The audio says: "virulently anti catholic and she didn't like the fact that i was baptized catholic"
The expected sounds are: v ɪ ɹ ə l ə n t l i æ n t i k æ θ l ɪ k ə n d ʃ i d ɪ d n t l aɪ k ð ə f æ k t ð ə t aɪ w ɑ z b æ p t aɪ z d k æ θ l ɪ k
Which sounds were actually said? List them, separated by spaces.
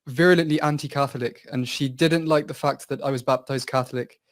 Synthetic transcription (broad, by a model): v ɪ ɹ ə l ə n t l i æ n t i k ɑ θ l ɪ k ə n ʃ i d ɪ d n t l aɪ k ð ə f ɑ k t ð ə t aɪ w ɑ z b æ p t aɪ z d k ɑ θ l ɪ k